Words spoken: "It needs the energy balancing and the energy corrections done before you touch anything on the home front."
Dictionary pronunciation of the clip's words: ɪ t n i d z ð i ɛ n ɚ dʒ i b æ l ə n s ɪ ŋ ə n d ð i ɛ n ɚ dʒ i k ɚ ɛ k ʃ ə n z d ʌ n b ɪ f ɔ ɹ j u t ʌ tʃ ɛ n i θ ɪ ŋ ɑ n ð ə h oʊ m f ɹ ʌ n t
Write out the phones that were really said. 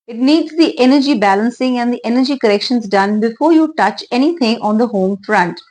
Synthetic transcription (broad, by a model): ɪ t n i d z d i ɛ n ɚ dʒ i b æ l ə n s ɪ ŋ ə n d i ɛ n ɚ dʒ i k ɚ ɛ k ʃ ə n z d ʌ n b ɪ f ɔ ɹ j u t ʌ tʃ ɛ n i t ɪ ŋ ɑ n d ə h oʊ m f ɹ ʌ n t